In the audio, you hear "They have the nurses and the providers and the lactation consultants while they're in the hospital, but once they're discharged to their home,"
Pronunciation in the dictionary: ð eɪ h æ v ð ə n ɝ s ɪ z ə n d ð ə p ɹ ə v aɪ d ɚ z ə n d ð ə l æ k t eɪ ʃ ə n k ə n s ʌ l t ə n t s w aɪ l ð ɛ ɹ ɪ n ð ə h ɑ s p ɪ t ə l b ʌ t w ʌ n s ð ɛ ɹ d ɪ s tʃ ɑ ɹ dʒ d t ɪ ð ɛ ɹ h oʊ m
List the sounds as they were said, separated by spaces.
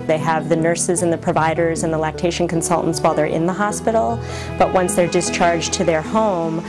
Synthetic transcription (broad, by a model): ð eɪ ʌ v ð ə n ɝ s ɪ z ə n ð ə p ɹ ə v aɪ d ɚ z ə n ð ə l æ k t eɪ ʃ n k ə n s ʌ l t n t s w aɪ l ð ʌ ɹ ɪ n ð ə h ɑ s p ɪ t l b ʌ t w ʌ n s ð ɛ ɹ d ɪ s tʃ ɑ ɹ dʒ t ɪ ð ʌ ɹ h oʊ m